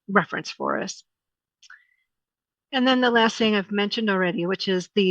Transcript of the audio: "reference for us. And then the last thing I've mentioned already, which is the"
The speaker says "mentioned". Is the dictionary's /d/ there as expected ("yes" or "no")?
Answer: yes